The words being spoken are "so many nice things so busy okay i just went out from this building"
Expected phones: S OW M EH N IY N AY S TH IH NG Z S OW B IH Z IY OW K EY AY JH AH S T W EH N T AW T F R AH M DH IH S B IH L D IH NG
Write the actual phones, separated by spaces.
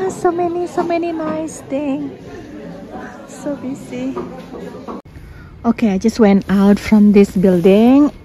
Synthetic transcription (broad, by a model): S OW M EH N IY N AY S T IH NG S OW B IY S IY OW K EY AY JH AH S T W EH N T AW T F R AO M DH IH S B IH L D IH NG